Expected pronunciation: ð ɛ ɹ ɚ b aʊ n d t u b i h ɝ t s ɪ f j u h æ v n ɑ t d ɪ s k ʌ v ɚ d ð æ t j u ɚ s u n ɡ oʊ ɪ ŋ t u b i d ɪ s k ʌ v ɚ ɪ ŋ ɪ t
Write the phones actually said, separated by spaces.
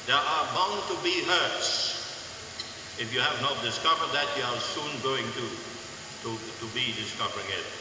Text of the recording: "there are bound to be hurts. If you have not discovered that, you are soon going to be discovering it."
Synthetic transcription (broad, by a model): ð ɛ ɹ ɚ b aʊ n t u b i h ɝ t s ɪ f j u h æ v n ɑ t d ɪ s k ʌ v ɚ d ð æ t j u ɚ s u n ɡ oʊ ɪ ŋ t u b i d ɪ s k ʌ v ɚ ɪ ŋ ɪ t